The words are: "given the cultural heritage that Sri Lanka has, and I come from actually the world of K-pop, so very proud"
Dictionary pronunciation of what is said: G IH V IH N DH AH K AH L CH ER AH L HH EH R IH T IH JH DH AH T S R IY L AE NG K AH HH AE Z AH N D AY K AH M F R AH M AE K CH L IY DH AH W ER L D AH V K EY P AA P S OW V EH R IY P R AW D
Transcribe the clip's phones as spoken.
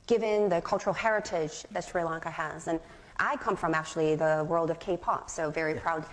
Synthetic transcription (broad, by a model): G IH V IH N DH AH K AH L CH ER L HH EH R IH T IH JH DH AH T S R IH L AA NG K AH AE Z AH N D AY K AH M F R AH M AE K CH L IY DH AH W ER L D AH V K EY P AA P S OW V EH R IY P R AW D